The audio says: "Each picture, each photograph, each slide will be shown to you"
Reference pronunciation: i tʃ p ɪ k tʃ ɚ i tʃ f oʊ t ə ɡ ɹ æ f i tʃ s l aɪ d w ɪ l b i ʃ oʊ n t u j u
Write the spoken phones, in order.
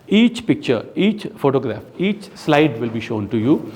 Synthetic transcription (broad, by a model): i tʃ p ɪ k tʃ ɚ i tʃ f oʊ t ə ɡ ɹ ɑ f i tʃ s l aɪ d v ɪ l b i ʃ oʊ n t u j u